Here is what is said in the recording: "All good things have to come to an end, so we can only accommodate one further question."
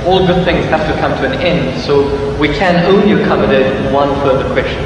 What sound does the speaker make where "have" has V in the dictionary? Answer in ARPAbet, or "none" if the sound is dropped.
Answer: F